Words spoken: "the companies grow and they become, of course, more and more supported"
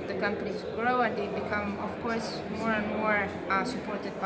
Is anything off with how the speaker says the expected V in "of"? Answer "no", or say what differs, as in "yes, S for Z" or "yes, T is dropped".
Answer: yes, F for V